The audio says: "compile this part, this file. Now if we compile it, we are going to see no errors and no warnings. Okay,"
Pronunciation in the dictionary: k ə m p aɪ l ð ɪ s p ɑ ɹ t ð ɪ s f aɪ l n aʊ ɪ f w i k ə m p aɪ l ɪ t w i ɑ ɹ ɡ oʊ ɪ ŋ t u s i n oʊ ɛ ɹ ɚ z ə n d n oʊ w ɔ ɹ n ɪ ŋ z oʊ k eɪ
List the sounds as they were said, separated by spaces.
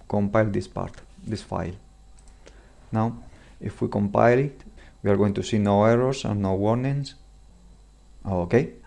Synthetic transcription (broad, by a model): k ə m p aɪ l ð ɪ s p ɑ ɹ t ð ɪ s f aɪ l n aʊ ɪ f w i k ə m p aɪ l ɪ t w i ɑ ɹ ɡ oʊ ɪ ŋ t u s i n oʊ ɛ ɹ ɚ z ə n n oʊ w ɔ ɹ n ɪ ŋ s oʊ k eɪ